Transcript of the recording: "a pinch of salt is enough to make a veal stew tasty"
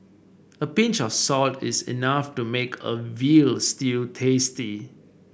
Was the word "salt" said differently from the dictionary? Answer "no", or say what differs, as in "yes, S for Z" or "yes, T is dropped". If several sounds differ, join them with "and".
no